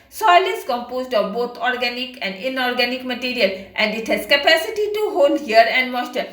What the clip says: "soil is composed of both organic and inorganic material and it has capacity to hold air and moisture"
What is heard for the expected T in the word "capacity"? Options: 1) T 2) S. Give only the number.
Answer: 1